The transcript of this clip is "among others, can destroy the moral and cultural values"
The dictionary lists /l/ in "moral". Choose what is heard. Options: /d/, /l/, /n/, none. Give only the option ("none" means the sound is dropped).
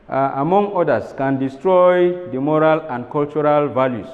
/l/